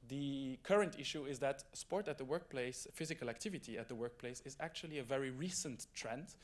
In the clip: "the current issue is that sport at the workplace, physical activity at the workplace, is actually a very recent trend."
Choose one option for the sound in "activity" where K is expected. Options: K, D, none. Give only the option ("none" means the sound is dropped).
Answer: K